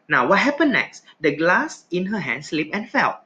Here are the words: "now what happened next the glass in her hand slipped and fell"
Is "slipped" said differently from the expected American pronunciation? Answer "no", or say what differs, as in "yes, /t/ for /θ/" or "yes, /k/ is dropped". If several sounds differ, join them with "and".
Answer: yes, /t/ is dropped